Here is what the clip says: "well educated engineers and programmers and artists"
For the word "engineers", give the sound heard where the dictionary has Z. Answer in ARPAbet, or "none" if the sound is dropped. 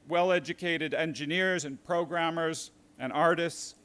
Z